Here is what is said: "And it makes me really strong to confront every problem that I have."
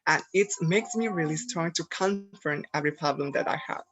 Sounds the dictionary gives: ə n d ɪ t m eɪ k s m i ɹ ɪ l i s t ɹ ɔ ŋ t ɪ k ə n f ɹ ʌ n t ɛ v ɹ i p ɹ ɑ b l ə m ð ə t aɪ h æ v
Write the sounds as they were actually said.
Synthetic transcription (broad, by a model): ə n ɪ t m eɪ k s m i ɹ ɪ l i s t ɹ ɔ ŋ t ɪ k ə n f ʌ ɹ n ɛ v ɹ i p ɹ ɑ b l ə m ð ə t aɪ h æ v